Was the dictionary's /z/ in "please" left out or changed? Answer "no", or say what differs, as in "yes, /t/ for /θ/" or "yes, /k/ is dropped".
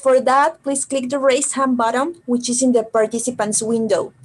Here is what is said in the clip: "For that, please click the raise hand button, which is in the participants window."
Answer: yes, /s/ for /z/